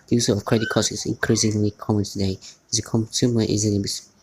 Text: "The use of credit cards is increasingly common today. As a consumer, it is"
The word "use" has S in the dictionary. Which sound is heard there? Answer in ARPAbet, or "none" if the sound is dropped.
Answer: none